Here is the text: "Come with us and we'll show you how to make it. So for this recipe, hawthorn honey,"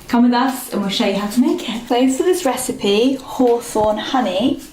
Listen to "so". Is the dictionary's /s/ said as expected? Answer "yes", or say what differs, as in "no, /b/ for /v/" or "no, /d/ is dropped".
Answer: no, /θ/ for /s/